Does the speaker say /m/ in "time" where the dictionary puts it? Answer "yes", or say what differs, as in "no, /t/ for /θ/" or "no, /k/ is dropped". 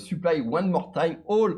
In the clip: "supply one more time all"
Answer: no, /m/ is dropped